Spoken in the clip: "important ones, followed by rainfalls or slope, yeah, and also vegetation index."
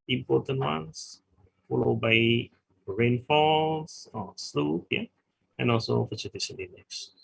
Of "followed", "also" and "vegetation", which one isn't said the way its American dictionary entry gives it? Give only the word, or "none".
vegetation